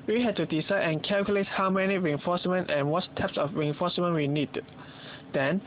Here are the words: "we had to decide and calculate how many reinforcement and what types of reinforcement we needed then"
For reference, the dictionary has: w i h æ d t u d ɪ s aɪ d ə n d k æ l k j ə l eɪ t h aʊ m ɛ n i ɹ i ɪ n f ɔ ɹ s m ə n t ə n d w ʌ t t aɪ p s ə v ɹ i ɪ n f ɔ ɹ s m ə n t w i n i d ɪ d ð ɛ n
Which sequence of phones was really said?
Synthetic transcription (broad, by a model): w i h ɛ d t u d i s aɪ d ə n k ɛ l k j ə l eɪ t h aʊ m ɛ n i ɹ i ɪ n f ɔ s m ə n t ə n w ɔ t t aɪ p s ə f ɹ i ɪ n f ɔ s m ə n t w i n i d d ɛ n